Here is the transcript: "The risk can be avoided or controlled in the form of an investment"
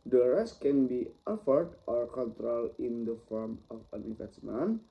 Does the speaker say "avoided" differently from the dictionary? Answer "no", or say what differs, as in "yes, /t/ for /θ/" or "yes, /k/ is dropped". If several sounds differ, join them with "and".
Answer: yes, /f/ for /v/